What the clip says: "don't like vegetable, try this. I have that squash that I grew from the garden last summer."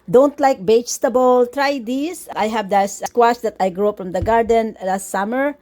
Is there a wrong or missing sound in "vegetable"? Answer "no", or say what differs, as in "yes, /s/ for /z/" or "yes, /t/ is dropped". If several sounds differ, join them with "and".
yes, /b/ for /v/